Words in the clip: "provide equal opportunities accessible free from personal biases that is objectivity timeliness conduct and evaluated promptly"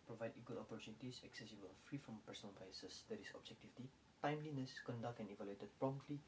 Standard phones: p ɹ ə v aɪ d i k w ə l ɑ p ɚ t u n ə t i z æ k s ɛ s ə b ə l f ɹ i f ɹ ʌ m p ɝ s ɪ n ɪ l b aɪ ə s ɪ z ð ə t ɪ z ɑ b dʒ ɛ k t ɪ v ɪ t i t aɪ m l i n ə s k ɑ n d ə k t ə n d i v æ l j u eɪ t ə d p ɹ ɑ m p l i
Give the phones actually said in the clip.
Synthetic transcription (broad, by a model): p ɹ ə v aɪ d i k w ə l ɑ p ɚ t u n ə t i s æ k s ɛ s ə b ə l f ɹ i f ɹ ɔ m p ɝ s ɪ n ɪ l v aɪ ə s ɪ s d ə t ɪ s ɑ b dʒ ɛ k t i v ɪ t i t aɪ m l i n ə s k ɑ n d ə k t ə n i v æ l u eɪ t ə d p ɹ ɑ m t l i